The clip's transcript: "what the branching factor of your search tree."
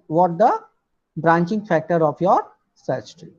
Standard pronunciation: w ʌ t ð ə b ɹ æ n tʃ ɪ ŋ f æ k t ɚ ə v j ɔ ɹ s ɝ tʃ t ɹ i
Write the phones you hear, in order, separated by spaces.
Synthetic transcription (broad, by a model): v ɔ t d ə b ɹ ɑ n tʃ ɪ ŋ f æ k t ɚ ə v j ɔ ɹ s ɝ s t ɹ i